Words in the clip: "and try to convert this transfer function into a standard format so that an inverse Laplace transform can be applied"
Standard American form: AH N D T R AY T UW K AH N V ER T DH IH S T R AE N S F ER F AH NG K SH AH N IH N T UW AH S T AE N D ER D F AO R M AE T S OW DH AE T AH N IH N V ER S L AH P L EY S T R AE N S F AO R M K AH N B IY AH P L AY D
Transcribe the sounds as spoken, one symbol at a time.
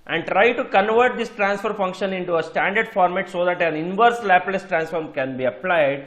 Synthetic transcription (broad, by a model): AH N D T R AY T UW K AH N V ER T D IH S T R AE N S F ER F AH NG K SH AH N IH N T UW AH S T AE N D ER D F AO R M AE T S OW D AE T AH N IH N V ER S L AH P L EY S T R AE N S F AO R M K AH N B IY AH P L AY D